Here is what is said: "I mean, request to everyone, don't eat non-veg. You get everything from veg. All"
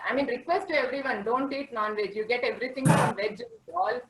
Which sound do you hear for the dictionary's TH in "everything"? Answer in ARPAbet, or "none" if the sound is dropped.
T